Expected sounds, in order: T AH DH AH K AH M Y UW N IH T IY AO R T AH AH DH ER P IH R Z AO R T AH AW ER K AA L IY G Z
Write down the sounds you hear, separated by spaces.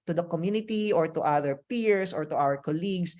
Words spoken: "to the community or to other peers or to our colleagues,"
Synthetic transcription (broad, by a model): T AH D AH K AH M Y UW N IH T IY AO R T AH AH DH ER P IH R S AO R T AH AW ER K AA L IY G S